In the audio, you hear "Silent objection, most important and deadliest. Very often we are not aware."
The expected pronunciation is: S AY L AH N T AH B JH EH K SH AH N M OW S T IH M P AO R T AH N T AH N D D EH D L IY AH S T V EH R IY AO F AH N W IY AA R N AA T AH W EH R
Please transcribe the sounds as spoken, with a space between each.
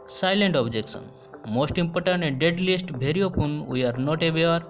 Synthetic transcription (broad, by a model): S AY L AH N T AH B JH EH K S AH N M OW S T IH M P AO R T AH N T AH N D D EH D L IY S T B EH R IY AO P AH N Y AA R N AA T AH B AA R